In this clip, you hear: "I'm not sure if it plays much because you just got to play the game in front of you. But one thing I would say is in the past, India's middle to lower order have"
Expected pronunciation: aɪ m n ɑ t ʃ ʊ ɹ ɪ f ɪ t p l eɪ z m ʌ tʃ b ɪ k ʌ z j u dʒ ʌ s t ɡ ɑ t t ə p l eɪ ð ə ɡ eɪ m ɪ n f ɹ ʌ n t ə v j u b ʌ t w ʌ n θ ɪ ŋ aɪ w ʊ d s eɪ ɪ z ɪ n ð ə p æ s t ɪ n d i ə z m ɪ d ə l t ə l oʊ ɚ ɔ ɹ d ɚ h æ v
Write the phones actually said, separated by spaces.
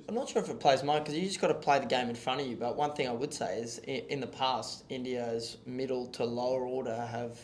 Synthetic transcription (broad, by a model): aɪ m n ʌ t ʃ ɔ ɹ ɪ f ɪ t p l eɪ z m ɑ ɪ k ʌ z j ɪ dʒ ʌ s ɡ ɑ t t ə p l eɪ ð ə ɡ eɪ m ɪ n f ɹ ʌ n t ə v j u b ʌ t w ʌ n θ ɪ ŋ aɪ w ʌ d s eɪ ɪ z ɪ n ð ə p æ s t ɪ n d i ə z m ɪ d l t ə l oʊ ɚ ɔ ɹ d ɚ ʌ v